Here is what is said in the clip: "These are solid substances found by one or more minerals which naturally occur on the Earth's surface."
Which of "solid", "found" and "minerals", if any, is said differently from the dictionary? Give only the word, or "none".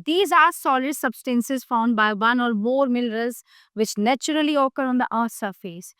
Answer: minerals